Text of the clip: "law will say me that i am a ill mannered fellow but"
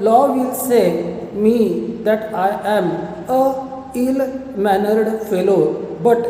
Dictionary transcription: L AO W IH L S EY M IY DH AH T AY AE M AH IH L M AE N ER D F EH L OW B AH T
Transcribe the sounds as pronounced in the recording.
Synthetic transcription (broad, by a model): L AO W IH L S EY M IY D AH T AY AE M AH IH L M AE N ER D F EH L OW B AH T